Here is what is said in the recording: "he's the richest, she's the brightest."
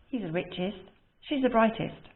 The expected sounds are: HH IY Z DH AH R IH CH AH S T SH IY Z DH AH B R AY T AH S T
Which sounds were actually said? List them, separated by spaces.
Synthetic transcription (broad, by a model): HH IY Z DH AH R IH CH AH S T SH IY Z DH AH B R AY T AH S T